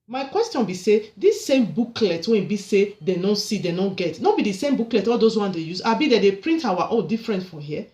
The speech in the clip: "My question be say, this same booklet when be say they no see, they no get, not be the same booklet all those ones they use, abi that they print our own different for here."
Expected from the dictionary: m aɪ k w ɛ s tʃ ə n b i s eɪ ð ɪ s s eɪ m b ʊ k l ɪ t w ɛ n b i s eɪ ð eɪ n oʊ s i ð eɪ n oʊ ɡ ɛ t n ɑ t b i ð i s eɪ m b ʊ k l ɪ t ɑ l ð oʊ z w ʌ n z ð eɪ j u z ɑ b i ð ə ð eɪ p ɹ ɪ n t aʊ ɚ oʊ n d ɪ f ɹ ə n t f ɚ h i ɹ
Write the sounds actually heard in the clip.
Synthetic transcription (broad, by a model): m aɪ k w ɛ s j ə n b i s eɪ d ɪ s s eɪ m b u k l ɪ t w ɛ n b i s eɪ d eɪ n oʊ s i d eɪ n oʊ ɡ ɛ t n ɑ b i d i s eɪ m b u k l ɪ t ɑ l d oʊ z w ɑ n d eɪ j u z ɑ b i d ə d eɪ p ɹ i n t aʊ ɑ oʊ l d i f ɹ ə n t f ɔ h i